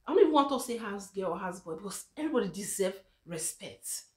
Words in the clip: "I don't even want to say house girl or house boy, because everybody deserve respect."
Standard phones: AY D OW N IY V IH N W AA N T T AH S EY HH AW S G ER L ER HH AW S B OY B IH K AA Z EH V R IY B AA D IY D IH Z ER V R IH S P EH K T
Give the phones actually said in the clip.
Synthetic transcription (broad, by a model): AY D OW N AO IH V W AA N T T AH S EY HH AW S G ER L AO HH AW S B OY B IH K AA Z EH V R IY B AA D IY D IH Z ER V R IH S P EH K T